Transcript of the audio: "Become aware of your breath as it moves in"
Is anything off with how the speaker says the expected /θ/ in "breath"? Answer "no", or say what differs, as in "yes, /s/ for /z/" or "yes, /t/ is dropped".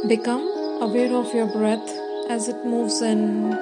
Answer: yes, /t/ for /θ/